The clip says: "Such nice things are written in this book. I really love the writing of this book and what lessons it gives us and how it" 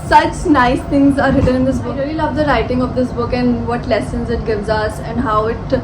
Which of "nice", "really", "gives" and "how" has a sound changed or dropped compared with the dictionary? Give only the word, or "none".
none